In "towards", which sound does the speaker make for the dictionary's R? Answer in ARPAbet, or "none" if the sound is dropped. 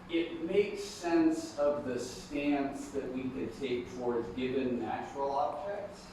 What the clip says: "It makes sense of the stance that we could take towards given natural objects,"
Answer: R